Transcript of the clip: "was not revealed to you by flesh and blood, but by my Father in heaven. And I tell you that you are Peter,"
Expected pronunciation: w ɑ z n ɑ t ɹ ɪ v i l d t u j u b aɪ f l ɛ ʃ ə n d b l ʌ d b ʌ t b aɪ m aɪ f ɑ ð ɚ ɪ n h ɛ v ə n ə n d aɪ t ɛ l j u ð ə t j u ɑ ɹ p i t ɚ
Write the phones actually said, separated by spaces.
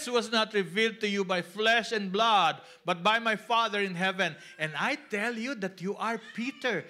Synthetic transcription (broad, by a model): w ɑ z n ɑ t ɹ ɪ v i l d t u j u b aɪ f l ɛ ʃ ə n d b l ʌ d b ʌ t b aɪ m aɪ f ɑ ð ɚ ɪ n h ɛ v ə n ə n d aɪ t ɛ l j u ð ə t j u ɑ ɹ p i t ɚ